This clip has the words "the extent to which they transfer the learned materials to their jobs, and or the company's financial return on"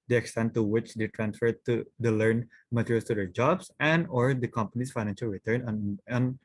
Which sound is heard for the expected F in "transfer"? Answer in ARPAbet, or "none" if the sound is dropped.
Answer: F